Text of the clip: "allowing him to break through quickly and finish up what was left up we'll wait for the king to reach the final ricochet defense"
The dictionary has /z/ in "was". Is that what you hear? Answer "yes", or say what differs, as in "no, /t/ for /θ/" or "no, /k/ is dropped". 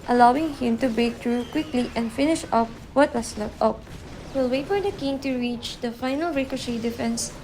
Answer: no, /s/ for /z/